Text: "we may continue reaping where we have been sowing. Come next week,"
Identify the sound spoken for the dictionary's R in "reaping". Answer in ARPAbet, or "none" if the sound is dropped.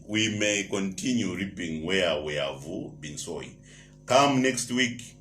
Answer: R